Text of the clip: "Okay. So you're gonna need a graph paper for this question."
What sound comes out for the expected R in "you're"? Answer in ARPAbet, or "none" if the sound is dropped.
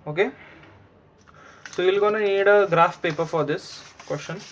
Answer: L